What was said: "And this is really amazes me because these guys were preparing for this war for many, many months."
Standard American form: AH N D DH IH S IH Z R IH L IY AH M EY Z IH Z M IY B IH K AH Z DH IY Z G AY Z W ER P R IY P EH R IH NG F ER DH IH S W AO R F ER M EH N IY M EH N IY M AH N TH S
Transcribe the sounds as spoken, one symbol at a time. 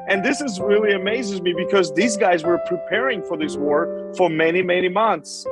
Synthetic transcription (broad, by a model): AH N DH IH S IH Z R IH L IY AH M EY Z IH Z M IY B IH K AH Z DH IY Z G AY Z W ER P R IY P EH R IH NG F ER DH IH S W AO R F ER M EH N IY M EH N IY M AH N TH S